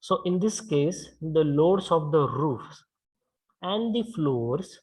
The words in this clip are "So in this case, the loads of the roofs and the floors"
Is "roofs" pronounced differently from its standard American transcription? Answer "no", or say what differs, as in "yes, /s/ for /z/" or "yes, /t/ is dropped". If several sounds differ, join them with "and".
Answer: no